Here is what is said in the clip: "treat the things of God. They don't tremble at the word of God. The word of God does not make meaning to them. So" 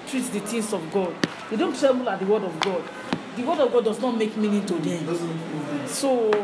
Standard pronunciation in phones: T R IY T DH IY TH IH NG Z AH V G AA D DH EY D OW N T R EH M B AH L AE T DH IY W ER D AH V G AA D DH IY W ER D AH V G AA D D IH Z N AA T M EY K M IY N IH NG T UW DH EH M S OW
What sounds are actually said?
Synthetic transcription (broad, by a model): T R IY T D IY T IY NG S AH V G AA D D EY D OW N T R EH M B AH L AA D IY W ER D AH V G AA D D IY W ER D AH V G AA D D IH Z N AA T M EY K M IY N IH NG T UW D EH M S OW